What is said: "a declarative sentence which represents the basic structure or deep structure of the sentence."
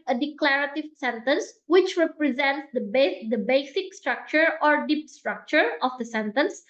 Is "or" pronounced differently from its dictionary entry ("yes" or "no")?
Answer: no